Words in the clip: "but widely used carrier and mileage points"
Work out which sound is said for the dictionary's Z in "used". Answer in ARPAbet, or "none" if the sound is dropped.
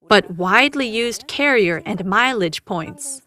Z